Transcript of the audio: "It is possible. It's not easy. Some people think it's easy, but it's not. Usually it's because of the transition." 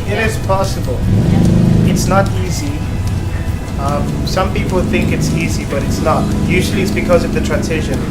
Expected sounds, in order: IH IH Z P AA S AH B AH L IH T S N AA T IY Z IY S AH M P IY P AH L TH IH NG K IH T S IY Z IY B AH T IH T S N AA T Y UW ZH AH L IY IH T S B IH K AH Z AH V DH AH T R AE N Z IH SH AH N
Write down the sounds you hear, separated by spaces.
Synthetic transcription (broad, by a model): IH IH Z P AA S AH B AH L IH T S N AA T IY Z IY S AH M P IY P AH L TH IH NG K IH T S IY Z IY B AH T IH T S N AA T Y UW ZH AH L IY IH T S B IH K AH Z AH V DH AH T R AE N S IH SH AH N